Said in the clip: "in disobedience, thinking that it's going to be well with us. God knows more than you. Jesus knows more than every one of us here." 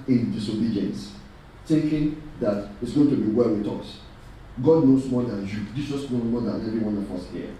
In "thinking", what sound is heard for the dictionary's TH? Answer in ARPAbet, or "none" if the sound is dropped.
T